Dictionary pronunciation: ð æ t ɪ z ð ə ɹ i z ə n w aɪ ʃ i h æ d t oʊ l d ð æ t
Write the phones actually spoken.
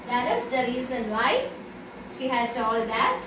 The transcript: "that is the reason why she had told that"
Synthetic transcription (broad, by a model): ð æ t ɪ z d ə ɹ i z ə n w aɪ ʃ i h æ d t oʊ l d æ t